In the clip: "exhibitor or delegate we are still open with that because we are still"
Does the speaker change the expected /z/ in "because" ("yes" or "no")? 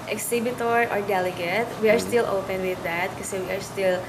yes